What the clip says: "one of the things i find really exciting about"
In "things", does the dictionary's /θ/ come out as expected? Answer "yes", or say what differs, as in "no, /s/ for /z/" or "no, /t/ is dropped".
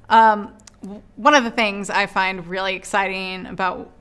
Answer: yes